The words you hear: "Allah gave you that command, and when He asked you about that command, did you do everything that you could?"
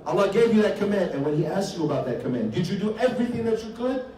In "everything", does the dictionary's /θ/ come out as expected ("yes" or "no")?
yes